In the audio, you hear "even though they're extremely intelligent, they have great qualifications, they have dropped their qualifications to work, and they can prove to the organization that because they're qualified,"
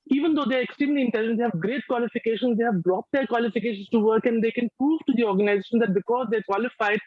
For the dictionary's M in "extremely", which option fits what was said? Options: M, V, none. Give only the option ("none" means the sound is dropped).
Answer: none